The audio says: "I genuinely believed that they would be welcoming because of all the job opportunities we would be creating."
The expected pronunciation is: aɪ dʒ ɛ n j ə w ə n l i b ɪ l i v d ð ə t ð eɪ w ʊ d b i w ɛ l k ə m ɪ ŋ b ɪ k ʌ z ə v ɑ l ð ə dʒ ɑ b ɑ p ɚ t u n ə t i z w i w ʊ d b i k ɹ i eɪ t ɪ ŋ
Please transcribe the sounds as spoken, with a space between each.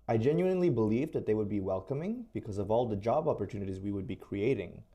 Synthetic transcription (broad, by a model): aɪ dʒ ɛ n j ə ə n l i b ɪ l i v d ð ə t ð eɪ w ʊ d b i w ɛ l k ə m ɪ ŋ b ɪ k ʌ z ə v ɑ l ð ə dʒ ɑ b ɑ p ɚ t u n ə t i z w i w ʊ d b i k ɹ i eɪ t ɪ ŋ